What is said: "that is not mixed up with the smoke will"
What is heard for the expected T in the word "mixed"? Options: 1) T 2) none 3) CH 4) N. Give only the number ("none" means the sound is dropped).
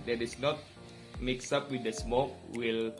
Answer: 2